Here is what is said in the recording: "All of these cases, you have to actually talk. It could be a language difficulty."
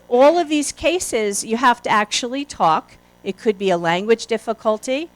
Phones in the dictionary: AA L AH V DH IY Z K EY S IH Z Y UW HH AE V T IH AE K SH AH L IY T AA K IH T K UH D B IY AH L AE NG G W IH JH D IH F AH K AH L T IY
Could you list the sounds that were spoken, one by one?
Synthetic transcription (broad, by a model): AA L AH V DH IY Z K EY S IH Z Y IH HH AE F T IH AE K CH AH L IY T AA K IH T K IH D B IY AH L AE NG G W IH JH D IH F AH K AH L T IY